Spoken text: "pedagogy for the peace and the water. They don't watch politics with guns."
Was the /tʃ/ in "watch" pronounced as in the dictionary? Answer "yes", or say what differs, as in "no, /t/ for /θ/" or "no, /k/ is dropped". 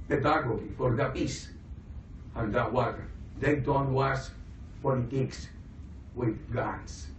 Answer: no, /s/ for /tʃ/